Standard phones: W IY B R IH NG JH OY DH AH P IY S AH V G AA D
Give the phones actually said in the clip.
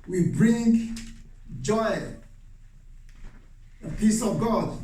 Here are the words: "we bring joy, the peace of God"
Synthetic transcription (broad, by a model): W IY B R IH NG JH OY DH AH P IY S AH V G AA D